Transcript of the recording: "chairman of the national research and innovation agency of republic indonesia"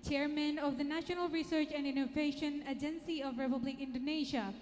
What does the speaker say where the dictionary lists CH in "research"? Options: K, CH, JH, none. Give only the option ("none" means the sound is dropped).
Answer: CH